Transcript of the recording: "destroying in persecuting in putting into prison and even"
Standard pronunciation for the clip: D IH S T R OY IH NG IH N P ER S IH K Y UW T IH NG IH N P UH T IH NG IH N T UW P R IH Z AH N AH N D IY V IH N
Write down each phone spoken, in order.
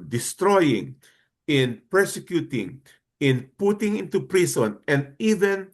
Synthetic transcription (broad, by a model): D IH S T R OY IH NG IH N P ER S IH K Y UW T IH NG IH N P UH T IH NG IH N T UW P R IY S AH N AH N D IY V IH N